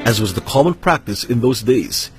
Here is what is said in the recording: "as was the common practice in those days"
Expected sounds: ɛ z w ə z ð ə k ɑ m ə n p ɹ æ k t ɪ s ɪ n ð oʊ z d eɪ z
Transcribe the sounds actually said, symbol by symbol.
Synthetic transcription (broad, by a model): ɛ z w ə z ð ə k ɑ m ə n p ɹ æ k t ɪ s ɪ n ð oʊ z d eɪ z